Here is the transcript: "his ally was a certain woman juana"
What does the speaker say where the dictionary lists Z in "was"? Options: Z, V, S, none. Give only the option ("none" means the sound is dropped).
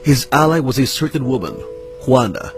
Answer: Z